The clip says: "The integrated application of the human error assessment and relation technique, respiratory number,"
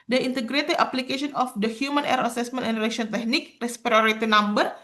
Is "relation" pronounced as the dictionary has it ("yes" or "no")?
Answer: no